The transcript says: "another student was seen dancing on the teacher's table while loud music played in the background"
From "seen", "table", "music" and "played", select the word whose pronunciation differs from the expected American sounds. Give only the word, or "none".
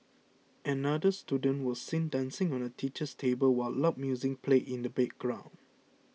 played